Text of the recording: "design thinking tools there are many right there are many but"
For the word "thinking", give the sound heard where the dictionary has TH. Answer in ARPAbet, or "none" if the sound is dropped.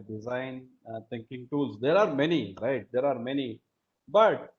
T